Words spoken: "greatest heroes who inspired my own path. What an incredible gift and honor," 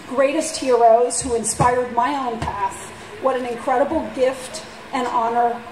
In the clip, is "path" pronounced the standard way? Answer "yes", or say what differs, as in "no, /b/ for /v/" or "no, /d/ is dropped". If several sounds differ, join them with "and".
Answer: yes